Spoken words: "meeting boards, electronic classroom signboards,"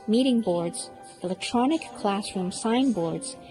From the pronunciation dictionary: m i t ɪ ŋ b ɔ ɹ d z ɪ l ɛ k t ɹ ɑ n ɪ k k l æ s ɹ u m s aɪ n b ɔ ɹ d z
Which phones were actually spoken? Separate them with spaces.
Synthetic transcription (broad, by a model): m i t ɪ ŋ b ɔ ɹ d z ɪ l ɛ k t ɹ ɑ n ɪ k k l æ s ɹ u m s aɪ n b ɔ ɹ d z